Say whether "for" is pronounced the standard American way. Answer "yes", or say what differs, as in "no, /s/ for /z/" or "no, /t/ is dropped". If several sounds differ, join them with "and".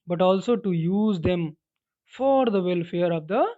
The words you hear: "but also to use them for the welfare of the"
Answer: yes